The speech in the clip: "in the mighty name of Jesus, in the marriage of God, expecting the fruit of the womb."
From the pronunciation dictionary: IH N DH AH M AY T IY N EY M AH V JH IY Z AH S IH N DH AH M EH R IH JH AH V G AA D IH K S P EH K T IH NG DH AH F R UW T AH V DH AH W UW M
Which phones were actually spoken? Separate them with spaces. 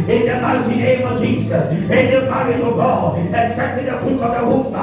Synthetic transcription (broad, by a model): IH N DH AH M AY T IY N EY M AH V JH IY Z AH S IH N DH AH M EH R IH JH AH V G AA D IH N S EH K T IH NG DH AH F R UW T AH V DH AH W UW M